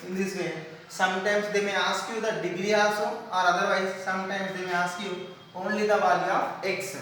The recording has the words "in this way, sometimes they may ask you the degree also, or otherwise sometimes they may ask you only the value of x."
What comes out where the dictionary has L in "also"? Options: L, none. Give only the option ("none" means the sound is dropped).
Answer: none